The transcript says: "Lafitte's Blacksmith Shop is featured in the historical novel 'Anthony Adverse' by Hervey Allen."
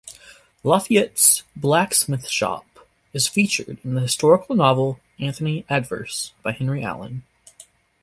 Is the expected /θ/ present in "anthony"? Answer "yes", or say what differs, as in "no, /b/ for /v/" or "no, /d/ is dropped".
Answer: yes